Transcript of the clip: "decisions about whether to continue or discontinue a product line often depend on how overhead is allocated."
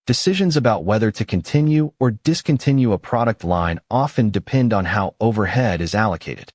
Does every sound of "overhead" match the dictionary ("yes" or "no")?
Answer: yes